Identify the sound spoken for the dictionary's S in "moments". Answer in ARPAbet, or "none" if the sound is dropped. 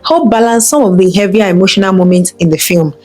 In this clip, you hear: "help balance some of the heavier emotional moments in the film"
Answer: S